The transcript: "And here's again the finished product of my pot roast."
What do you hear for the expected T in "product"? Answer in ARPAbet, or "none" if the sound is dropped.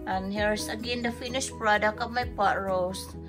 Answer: none